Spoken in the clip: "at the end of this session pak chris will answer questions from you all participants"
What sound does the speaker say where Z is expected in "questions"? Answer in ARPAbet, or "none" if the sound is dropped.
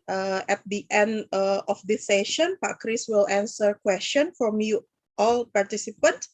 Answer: none